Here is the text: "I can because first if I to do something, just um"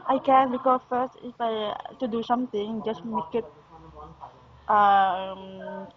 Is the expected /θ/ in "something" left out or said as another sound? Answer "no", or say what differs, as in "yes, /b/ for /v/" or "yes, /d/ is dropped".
yes, /t/ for /θ/